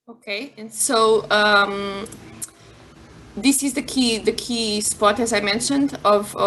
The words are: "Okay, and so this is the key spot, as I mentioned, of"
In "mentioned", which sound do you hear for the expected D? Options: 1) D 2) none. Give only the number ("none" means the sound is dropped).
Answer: 1